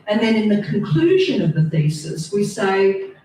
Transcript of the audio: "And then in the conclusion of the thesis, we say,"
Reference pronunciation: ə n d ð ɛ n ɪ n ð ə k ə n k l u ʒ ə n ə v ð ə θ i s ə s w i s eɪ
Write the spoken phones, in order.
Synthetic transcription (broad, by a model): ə n ð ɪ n ɪ n ð ə k ə n k l u ʒ ə n ə v ð ə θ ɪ s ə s w i s eɪ